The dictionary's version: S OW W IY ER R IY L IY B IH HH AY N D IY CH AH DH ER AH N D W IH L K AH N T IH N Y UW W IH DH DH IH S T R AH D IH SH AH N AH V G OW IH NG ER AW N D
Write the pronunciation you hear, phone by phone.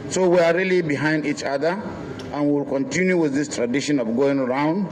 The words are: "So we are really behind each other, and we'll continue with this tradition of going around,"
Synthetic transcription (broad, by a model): S OW W IY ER R IY L IY B IH HH AY N D IY CH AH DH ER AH N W W IH L K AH N T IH N Y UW W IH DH DH IH S T R AH D IH SH AH N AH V G OW IH NG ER AW N D